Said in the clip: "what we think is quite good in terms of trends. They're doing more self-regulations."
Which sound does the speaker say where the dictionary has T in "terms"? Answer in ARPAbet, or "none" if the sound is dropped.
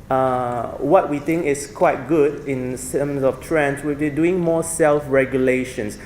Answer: S